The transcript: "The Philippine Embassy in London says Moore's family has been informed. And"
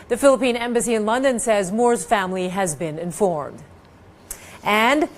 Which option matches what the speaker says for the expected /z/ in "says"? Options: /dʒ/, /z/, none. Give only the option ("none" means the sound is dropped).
/z/